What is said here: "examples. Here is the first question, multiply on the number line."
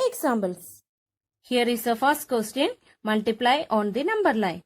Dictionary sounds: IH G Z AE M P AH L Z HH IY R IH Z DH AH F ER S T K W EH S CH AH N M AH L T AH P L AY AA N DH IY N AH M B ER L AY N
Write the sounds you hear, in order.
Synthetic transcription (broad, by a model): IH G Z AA M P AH L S HH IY R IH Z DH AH F ER S T K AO S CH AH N M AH L T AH P L AY AA N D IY N AH M B ER L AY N